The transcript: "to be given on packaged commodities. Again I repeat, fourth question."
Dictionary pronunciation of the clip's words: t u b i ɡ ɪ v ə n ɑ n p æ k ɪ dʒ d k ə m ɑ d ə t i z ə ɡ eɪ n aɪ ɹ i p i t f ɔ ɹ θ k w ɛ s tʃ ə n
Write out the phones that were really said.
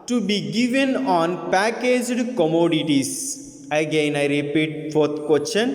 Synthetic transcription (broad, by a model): t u b i ɡ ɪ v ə n ɑ n p æ k ɪ dʒ d k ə m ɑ d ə t i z ə ɡ eɪ n aɪ ɹ i p i t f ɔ ɹ t k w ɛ s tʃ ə n